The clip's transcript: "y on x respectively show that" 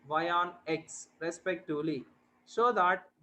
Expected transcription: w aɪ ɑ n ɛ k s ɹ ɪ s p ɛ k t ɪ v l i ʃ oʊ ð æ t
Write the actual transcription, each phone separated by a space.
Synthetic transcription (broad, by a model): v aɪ ɑ n ɛ k s ɹ ɪ s p ɛ k t ɪ v l i s oʊ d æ t